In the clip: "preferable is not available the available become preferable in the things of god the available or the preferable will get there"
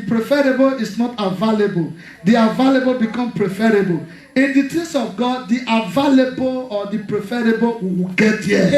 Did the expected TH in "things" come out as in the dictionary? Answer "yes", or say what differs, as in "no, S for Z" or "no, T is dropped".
no, T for TH